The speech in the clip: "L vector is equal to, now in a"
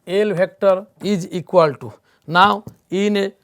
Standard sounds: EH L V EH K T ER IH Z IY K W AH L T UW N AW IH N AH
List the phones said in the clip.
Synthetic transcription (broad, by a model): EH L B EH K T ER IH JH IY K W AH L T UW N AW IH N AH